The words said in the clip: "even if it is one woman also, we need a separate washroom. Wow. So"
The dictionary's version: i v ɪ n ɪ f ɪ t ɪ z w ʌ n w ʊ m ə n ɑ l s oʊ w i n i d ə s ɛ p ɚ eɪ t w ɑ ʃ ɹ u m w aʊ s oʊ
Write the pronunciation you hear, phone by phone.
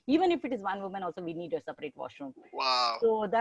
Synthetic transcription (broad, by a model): i v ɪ n ɪ f ɪ t ɪ z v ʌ n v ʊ m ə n ɑ l s oʊ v i n i d ə s ɛ p ɚ eɪ t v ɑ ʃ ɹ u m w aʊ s oʊ